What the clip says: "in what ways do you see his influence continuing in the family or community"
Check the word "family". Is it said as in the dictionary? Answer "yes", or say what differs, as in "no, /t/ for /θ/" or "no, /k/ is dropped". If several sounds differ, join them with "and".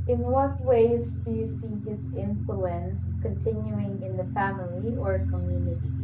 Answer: yes